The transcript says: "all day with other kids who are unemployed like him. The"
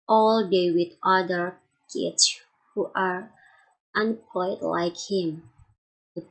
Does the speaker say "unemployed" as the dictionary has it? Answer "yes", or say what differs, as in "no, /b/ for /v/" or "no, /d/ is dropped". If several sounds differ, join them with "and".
no, /l/ is dropped